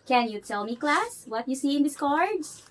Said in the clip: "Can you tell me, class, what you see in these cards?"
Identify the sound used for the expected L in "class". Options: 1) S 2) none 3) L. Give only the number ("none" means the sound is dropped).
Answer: 3